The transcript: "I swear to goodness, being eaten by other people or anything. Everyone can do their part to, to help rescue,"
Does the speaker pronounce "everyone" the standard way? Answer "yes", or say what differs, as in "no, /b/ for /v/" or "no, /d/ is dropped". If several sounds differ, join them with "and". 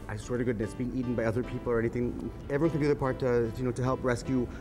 no, /ɹ/ is dropped